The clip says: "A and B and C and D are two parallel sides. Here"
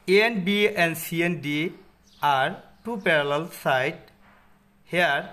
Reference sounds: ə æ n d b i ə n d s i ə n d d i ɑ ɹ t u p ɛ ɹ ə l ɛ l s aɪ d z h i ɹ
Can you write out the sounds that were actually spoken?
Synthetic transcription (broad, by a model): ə n b i ə n d s i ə n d d i ɑ ɹ t u p ɛ ɹ ə l ɛ l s aɪ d h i ɹ